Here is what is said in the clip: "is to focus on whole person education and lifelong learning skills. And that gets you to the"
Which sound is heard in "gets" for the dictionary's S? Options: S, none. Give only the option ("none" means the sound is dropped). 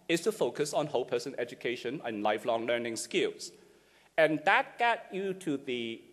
none